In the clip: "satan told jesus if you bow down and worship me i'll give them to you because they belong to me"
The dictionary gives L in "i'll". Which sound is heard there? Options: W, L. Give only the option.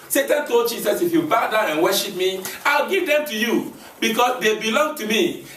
L